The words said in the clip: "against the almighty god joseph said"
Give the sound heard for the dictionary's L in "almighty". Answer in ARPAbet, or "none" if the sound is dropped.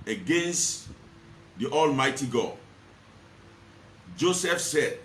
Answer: L